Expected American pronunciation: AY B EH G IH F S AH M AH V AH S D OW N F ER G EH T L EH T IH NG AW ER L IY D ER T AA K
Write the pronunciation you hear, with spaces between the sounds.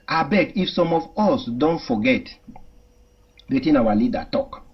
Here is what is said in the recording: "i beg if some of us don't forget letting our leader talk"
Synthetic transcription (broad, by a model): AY B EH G IH F S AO M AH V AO S D OW N F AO G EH T W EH T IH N AW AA L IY D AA T AA K